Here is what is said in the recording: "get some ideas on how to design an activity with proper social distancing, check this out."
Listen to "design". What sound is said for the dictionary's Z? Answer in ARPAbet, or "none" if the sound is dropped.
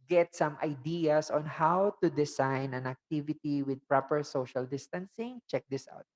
S